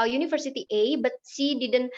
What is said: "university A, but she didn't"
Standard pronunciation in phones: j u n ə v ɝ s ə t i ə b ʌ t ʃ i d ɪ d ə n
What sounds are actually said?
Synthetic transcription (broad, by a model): j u n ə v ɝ s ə t i ə b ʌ t s i d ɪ d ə n